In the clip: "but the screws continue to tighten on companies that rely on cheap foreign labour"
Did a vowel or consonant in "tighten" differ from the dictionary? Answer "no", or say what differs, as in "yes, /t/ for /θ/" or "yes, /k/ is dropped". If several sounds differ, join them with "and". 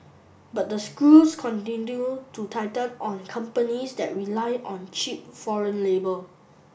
yes, /l/ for /n/